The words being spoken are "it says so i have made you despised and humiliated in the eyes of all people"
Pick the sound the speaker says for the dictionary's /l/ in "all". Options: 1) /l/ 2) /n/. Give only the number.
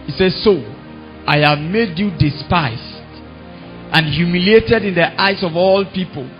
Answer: 1